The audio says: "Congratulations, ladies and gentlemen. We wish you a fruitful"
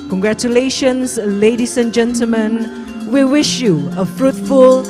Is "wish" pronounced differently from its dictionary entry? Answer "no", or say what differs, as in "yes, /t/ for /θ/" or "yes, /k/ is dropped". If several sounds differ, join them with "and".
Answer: no